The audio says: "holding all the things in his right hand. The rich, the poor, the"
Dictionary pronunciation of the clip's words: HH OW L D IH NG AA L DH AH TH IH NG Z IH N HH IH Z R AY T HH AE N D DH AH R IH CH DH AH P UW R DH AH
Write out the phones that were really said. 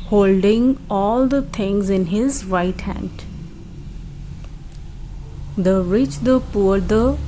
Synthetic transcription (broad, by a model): HH OW L D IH NG AA L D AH T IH NG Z IH N HH IH Z R AY T HH AE N D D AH R IH CH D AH P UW R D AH